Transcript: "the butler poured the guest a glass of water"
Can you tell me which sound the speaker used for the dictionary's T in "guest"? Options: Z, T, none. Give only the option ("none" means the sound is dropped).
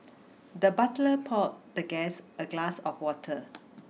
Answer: none